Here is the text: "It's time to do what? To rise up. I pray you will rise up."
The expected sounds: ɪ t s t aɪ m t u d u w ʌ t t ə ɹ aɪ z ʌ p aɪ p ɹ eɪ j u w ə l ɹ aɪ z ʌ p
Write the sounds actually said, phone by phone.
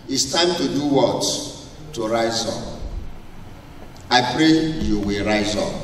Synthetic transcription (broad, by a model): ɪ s t aɪ m t u d u w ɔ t t ə ɹ aɪ z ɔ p aɪ p ɹ eɪ j u w ə l ɹ aɪ z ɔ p